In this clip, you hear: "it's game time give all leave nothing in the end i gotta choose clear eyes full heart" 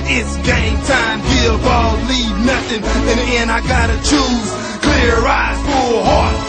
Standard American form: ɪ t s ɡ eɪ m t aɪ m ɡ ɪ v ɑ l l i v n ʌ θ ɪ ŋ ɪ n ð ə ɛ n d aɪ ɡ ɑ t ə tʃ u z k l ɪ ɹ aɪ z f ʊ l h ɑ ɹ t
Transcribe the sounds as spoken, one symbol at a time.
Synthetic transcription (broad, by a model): ɪ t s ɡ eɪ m t aɪ m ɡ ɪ b ɑ l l i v n ʌ θ ɪ ŋ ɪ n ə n aɪ ɡ ɑ t ə tʃ u z k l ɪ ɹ aɪ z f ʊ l h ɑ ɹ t